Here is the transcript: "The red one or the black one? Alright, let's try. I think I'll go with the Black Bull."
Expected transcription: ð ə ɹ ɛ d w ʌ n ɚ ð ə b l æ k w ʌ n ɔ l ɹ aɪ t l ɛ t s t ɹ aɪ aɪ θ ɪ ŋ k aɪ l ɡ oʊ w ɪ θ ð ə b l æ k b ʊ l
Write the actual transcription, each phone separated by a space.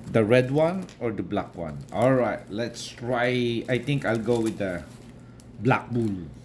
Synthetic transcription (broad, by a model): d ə ɹ ɛ d w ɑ n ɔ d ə b l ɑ k w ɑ n ɔ l ɹ aɪ t l ɛ t s t ɹ aɪ aɪ t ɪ ŋ k aɪ l ɡ oʊ w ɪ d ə b l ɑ k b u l